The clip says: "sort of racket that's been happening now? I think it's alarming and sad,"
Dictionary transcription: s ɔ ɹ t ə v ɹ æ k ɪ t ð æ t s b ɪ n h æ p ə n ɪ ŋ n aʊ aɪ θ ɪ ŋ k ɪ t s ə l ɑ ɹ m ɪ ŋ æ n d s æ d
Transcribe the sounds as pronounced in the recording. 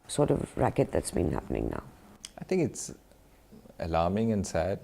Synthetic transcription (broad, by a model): s ɔ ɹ t ə v ɹ æ k ɪ t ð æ t s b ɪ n h æ p ə n ɪ ŋ n aʊ aɪ t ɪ ŋ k ɪ t s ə l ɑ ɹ m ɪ ŋ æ n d s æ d